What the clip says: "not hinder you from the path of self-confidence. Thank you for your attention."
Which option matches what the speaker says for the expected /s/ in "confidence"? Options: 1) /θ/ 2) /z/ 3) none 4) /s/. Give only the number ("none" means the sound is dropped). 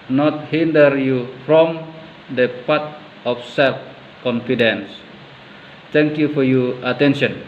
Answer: 4